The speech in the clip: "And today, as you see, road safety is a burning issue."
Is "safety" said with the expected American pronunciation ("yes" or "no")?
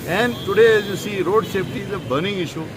no